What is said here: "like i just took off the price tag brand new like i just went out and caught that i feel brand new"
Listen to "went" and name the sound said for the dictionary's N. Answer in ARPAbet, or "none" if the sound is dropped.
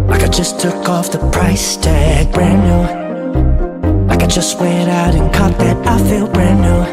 none